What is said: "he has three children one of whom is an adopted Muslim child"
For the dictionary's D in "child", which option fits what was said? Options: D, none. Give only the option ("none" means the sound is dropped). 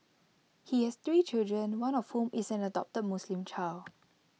none